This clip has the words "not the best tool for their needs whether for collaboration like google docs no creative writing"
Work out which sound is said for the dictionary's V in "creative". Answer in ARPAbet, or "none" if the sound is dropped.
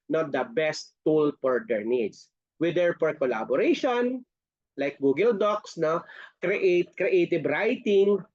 B